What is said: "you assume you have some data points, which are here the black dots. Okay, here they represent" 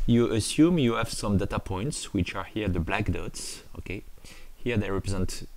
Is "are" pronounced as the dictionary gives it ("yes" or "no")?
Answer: yes